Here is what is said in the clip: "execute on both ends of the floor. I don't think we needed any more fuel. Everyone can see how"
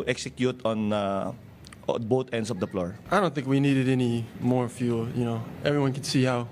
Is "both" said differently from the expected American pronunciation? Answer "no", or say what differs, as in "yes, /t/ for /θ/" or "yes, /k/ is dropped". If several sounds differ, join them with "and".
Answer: yes, /t/ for /θ/